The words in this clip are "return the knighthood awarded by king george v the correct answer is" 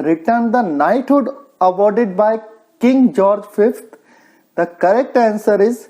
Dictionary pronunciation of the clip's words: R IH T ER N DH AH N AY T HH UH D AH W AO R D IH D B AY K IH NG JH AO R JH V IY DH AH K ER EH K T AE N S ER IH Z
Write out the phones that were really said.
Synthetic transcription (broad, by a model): R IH T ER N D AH N AY T HH UH D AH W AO R D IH D B AY K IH NG JH AO R JH F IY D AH K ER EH K T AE N S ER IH Z